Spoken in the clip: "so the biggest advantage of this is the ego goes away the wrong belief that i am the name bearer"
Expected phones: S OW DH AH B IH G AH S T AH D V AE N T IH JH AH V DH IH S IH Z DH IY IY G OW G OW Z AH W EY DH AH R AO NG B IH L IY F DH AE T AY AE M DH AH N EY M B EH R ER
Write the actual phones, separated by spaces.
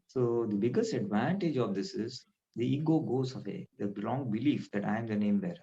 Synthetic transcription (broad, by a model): S OW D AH B IH G AH S T AH D V AE N T IH JH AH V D IH S IH Z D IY IY G OW G OW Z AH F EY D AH L AO NG B IH L IY F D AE T AY M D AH N EY M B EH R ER